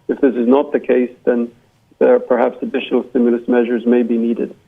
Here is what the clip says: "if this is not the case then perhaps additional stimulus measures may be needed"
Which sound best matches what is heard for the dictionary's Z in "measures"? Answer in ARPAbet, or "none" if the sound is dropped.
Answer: Z